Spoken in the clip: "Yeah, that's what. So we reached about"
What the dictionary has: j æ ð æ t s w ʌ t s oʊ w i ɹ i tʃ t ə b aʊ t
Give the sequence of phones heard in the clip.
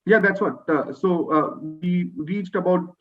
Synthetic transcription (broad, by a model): j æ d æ t s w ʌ t s oʊ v i ɹ i tʃ t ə b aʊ t